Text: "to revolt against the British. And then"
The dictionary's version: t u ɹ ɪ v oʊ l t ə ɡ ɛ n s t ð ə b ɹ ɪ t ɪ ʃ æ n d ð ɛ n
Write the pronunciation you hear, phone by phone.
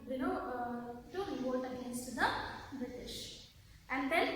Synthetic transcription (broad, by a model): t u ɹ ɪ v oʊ t ə ɡ ɛ n s t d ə b ɹ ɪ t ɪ ʃ æ n d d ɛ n